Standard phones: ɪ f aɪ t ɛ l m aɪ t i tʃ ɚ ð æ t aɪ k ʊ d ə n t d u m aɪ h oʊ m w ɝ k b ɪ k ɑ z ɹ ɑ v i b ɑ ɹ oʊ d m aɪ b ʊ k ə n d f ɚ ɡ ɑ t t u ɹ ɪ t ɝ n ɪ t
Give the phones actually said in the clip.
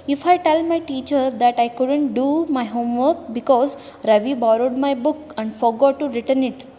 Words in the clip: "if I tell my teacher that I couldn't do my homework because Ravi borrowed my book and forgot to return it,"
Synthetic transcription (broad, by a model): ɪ f aɪ t ɛ l m aɪ t i tʃ ɚ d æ t aɪ k ʊ d ə n t d u m aɪ h oʊ m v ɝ k b ɪ k ɑ z ɹ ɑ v i b ɑ ɹ oʊ d m aɪ b ʊ k ə n d f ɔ ɡ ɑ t t u ɹ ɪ t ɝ n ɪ t